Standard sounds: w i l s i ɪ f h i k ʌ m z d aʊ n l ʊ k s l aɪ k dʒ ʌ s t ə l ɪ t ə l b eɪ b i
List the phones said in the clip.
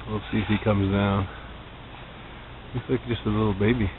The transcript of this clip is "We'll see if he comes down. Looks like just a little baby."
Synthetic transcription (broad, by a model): w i l s i ɪ f h i k ʌ m z d aʊ n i s l aɪ k dʒ ʌ s t ə l ɪ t l b eɪ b i